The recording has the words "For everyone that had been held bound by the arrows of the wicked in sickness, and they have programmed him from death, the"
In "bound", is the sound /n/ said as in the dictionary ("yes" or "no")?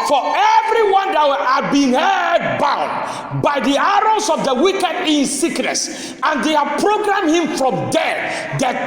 yes